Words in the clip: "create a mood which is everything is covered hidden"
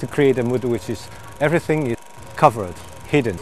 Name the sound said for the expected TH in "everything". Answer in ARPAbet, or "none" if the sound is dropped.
TH